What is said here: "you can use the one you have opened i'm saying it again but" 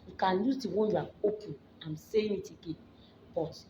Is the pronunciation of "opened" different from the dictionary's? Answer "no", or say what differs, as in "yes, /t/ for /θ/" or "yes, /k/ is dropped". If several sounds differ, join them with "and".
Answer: yes, /d/ is dropped